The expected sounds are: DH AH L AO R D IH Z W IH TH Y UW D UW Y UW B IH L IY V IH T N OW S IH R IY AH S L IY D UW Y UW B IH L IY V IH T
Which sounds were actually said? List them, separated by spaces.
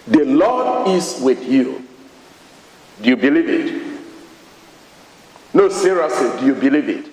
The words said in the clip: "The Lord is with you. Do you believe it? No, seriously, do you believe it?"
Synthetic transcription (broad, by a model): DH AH L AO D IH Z W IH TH Y UW D UW Y UW B IH L IY V IH T N OW S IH R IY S IY D UW Y UW B IH L IY V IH T